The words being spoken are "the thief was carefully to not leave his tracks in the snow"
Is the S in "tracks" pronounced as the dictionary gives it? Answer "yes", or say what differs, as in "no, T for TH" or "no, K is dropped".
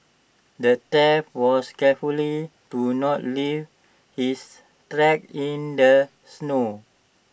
no, S is dropped